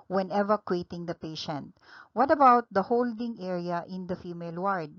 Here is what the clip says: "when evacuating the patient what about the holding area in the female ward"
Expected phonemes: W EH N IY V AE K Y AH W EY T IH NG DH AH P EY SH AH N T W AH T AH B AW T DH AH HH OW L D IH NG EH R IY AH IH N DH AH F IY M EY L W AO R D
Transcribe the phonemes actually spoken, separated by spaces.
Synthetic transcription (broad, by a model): W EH N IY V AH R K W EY T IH NG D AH P EY SH AH N T W AH T AH B AW T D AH HH OW L D IH NG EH R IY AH IH N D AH F IY M EY L W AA R D